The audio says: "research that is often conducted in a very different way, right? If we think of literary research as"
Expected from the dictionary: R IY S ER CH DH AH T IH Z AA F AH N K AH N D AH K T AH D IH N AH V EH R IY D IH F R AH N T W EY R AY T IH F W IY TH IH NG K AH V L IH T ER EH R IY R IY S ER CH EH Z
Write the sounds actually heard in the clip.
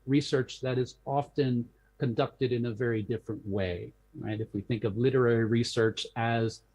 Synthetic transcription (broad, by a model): R IY S ER CH DH AH T IH Z AA F AH N K AH N D AH K T AH D IH N AH V EH R IY D IH F R AH N T W EY R AY T IH F W IY TH IH NG K AH V L IH T ER EH R IY R IY S ER CH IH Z